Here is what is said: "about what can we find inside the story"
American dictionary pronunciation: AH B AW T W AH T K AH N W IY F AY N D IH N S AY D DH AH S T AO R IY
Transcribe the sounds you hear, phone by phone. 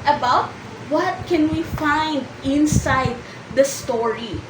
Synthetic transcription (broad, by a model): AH B AW T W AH T K AH N W IY F AY N D IH N S AY D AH S T AO R IY